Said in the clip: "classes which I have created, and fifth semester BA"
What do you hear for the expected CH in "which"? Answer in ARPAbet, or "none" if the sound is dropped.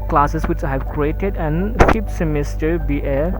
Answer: CH